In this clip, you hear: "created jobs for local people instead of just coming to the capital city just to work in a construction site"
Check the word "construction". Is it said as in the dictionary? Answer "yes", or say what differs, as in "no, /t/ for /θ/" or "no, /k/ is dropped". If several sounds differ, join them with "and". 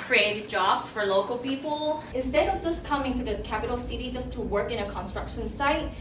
yes